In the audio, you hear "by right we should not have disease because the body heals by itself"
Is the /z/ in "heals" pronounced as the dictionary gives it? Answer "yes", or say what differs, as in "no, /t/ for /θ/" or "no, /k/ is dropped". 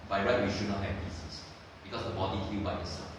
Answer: no, /z/ is dropped